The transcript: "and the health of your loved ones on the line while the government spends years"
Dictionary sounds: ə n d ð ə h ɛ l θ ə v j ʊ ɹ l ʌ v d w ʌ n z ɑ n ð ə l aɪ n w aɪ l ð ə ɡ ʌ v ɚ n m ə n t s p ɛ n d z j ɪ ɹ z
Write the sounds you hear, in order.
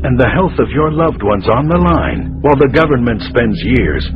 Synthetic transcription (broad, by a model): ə n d ð ə h ɛ l θ ə v j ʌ ɹ l ʌ v d w ʌ n z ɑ n ð ə l aɪ n w aɪ l ð ə ɡ ʌ v ɚ n m ə n t s p ɛ n d z j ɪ ɹ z